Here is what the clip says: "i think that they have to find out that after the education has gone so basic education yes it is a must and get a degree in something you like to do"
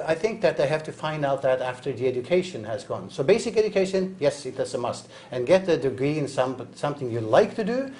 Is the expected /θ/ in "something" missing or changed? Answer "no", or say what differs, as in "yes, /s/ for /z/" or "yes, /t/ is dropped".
no